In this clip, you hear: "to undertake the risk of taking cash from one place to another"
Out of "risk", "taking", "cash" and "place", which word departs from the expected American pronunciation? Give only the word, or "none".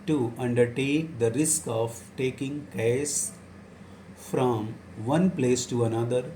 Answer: cash